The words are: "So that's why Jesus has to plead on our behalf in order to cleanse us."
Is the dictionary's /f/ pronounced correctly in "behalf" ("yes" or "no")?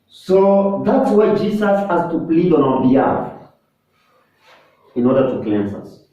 no